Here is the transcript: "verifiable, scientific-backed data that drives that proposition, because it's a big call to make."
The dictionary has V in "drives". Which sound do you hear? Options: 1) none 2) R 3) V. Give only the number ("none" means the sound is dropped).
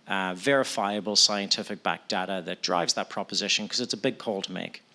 3